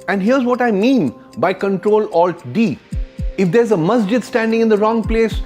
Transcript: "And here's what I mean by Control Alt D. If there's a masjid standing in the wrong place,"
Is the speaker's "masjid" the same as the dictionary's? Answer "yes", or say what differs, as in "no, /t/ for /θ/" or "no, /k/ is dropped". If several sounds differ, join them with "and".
yes